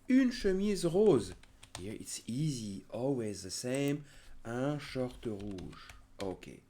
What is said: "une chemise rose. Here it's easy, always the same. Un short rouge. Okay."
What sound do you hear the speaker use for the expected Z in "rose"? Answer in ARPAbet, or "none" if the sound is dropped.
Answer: Z